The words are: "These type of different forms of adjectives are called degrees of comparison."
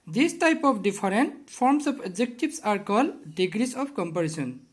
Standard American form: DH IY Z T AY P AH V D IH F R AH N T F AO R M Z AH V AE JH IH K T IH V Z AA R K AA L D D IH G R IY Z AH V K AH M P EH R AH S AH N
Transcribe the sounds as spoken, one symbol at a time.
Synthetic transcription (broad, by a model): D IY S T AY P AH P D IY P R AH N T P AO R M S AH P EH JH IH K T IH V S AA R K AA L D D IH G R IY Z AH P K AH M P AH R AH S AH N